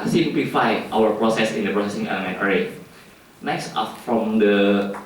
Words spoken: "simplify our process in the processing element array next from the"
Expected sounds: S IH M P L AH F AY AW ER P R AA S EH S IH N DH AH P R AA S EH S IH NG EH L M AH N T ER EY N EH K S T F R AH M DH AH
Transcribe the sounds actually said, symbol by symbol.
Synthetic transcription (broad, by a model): S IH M P L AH F AY AW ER P R AA S EH S IH N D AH P R AA S EH S IH NG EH M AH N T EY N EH K S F F R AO M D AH